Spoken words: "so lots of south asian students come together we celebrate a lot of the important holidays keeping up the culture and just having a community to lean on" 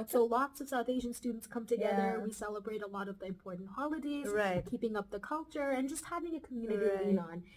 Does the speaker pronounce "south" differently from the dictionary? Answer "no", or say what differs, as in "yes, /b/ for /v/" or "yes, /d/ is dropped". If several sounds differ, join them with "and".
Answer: no